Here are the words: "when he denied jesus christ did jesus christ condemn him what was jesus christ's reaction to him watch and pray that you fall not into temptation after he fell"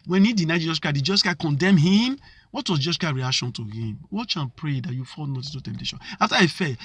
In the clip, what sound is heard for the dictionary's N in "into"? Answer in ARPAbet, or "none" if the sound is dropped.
none